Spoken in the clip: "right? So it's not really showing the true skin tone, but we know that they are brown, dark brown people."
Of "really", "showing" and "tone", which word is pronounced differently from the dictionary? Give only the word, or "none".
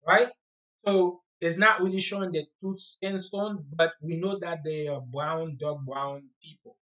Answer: tone